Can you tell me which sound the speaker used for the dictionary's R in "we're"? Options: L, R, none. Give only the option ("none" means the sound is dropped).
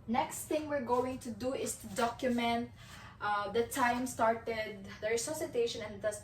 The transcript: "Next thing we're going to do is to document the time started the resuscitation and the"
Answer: R